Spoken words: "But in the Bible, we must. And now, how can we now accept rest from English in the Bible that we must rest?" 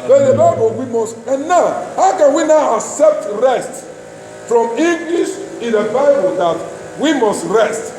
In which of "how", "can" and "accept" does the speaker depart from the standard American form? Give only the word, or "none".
none